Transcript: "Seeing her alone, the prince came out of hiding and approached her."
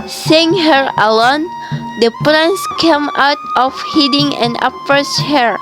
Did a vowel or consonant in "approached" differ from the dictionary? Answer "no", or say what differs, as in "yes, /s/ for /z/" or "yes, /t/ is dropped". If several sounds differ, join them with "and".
yes, /ɹ/ is dropped